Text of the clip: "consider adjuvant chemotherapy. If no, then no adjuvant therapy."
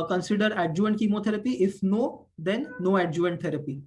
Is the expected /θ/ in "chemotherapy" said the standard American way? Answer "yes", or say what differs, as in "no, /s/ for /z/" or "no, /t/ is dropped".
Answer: no, /t/ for /θ/